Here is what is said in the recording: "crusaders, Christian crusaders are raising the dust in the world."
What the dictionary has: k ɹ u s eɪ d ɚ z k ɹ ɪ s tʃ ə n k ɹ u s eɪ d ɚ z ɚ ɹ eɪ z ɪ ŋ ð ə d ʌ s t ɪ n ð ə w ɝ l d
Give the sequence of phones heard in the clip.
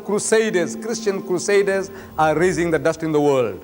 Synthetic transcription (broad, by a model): k ɹ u s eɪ d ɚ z k ɹ ɪ s tʃ ə n k ɹ u s eɪ d ɚ z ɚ ɹ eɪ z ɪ ŋ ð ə d ʌ s t ɪ n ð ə w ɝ l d